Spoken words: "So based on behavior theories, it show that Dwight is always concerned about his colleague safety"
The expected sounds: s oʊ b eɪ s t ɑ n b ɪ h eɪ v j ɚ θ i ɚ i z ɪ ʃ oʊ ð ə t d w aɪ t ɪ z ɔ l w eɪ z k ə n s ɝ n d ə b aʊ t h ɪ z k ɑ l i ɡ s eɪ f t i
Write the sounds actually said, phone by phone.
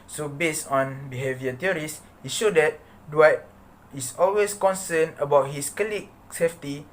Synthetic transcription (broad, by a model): s oʊ b eɪ s t ɑ n b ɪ h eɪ v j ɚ t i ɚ i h ɪ ʃ oʊ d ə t d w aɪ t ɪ s ɔ l w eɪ s k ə n s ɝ n ə b aʊ t h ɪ s k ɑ l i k s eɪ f t i